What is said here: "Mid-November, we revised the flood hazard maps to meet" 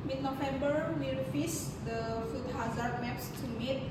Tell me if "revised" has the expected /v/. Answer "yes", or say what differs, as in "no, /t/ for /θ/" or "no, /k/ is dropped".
no, /f/ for /v/